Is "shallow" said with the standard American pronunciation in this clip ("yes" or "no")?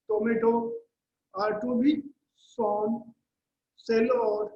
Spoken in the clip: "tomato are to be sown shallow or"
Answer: no